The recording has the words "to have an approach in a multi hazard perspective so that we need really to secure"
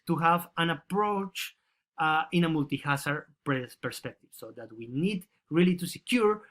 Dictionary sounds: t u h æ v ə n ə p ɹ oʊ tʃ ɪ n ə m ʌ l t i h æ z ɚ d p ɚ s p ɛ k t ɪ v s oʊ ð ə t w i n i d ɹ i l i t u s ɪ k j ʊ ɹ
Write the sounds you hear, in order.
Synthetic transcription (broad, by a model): t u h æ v ə n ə p ɹ oʊ tʃ ɪ n ə m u l t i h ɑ s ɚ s p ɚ s p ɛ k t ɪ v s oʊ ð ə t w i n i d ɹ i l i t u s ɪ k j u ɹ